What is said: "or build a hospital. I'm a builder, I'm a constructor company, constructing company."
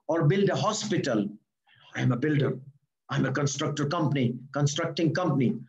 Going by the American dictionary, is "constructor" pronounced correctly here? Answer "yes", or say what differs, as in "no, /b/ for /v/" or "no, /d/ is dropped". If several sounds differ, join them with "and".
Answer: yes